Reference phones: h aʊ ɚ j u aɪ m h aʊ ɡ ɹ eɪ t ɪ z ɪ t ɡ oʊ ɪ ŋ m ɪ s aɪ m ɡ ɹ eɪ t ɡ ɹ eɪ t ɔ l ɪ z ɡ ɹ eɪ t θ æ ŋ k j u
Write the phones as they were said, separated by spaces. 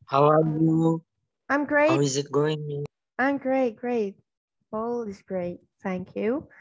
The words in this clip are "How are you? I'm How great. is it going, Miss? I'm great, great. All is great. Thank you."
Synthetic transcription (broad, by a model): h aʊ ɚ j u aɪ m ɡ ɹ eɪ ɪ z ɪ t ɡ oʊ ɪ ŋ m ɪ aɪ m ɡ ɹ eɪ t ɡ ɹ eɪ t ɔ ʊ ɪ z ɡ ɹ eɪ t θ æ ŋ k j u